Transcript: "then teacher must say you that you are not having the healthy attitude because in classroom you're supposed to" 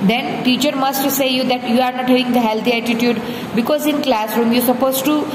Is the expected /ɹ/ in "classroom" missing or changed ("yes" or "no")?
no